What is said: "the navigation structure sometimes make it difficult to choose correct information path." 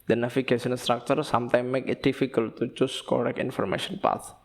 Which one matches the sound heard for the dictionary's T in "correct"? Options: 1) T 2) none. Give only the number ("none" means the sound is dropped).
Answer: 2